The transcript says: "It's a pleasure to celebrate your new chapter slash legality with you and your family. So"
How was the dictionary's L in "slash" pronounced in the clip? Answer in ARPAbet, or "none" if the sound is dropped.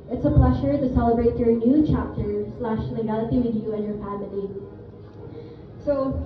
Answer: L